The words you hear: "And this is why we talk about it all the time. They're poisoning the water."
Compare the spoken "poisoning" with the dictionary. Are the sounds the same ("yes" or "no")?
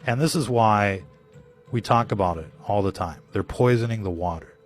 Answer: yes